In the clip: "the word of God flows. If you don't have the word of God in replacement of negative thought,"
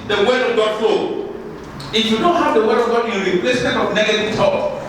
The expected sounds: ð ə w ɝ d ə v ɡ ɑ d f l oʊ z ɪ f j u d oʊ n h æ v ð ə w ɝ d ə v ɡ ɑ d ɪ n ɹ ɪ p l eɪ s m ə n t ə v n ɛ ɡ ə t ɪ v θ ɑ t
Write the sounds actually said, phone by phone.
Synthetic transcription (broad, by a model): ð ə w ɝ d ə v ɡ ɑ d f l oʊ ɪ f j u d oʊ h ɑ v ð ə w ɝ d ə v ɡ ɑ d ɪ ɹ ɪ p l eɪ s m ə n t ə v n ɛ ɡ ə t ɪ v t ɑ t